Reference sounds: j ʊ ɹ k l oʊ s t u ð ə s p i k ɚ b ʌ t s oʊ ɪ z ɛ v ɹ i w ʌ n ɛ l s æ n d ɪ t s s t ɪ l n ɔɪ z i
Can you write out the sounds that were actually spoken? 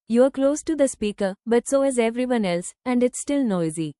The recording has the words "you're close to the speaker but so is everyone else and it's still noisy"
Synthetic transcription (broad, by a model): j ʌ ɹ k l oʊ s t u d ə s p i k ɚ b ʌ t s oʊ ɪ z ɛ v ɹ i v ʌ n ɛ l s æ n d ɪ t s s t ɪ l n ɔɪ z i